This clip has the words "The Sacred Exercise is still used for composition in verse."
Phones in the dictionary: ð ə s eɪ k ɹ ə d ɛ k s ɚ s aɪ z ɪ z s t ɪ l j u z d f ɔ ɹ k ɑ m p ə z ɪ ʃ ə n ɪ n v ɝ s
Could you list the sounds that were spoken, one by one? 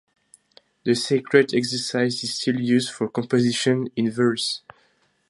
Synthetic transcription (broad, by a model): ð ə s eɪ k ɹ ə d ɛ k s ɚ s aɪ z ɪ z s t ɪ l j u z d f ɔ ɹ k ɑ m p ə z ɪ ʃ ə n ɪ n v ɝ s